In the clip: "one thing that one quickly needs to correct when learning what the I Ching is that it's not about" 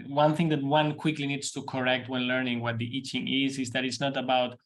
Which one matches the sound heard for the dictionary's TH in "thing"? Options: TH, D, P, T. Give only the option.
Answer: TH